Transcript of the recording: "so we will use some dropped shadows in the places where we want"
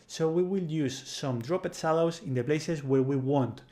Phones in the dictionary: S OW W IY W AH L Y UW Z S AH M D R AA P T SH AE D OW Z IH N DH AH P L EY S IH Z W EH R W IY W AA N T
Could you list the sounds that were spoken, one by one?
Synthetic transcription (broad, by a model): S OW W IY W AH L Y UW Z S AH M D R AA P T S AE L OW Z IH N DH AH P L EY S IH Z W EH R W IY W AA N T